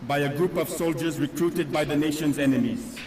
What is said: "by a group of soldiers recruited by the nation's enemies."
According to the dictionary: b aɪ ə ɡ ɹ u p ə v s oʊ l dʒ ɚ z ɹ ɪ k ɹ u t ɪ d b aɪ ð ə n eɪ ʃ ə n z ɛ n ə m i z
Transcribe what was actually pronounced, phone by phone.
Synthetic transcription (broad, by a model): b aɪ ə ɡ ɹ u p ə v s oʊ l dʒ ɚ z ɹ ɪ k ɹ u t ɪ d b aɪ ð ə n eɪ ʃ ə n z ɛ n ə m i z